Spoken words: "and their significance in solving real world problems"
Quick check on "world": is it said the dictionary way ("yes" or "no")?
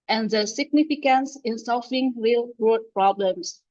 no